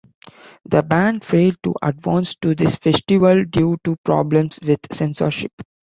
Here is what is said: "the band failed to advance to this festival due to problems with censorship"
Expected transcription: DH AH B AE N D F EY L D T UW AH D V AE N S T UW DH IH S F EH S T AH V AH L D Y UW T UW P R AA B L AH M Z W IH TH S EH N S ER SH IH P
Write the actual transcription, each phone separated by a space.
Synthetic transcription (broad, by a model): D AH B AE N D F EY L D T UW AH D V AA N S T UW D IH S F EH S T AH V AH L D Y UW T UW P R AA B L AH M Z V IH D S EH N S ER SH IH P